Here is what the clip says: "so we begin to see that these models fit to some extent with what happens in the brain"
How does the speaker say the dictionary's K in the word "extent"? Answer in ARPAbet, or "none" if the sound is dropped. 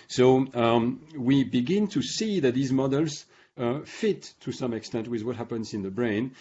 K